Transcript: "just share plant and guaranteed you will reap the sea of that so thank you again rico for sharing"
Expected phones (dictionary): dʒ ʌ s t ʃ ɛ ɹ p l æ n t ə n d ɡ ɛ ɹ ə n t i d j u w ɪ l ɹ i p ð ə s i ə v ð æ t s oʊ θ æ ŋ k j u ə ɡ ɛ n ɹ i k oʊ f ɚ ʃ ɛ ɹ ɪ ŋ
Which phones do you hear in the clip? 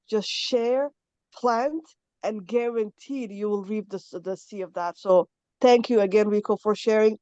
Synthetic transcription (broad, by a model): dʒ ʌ s t ʃ ɛ ɹ p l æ n t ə n ɡ ɛ ɹ ə n t i d j u w ɪ l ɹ i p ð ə s i ə v ð æ t s oʊ θ æ ŋ k j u ə ɡ ɛ n w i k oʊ f ɚ ʃ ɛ ɹ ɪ ŋ